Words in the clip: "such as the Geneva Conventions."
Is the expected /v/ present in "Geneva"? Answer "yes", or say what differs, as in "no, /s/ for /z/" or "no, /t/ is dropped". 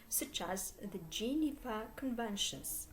no, /f/ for /v/